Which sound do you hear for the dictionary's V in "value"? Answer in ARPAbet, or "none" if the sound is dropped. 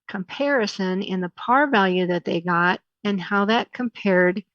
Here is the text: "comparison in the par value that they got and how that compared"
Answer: V